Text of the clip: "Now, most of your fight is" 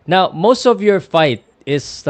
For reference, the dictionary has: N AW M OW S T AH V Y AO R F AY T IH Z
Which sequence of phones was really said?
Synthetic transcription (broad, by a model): N AW M OW S T AH V Y AO R F AY T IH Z